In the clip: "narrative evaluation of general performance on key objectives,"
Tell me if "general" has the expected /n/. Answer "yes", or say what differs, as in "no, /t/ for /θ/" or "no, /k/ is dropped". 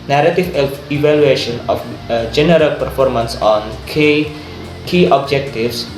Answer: yes